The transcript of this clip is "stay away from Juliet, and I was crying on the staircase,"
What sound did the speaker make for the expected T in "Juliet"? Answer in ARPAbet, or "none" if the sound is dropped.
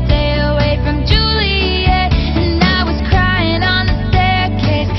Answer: none